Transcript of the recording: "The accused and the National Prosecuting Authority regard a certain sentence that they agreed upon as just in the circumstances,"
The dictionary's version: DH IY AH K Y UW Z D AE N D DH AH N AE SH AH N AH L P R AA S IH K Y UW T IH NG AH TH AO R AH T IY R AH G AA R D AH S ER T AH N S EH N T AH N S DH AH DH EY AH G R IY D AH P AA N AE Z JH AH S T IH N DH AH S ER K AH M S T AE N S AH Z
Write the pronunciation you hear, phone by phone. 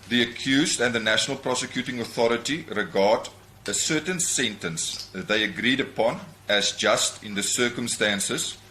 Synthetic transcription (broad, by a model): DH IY AH K Y UW Z D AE N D DH AH N AE SH AH N AH L P R AA S IH K Y UW T IH NG AH TH AO R AH T IY R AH G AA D AH S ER T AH N S EH N T AH N S DH AH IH AH G R IY D AH P AA N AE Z JH AH S T IH N DH AH S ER K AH M S T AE N S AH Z